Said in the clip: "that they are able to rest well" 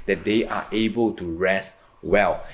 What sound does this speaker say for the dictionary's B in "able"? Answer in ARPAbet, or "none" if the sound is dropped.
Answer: B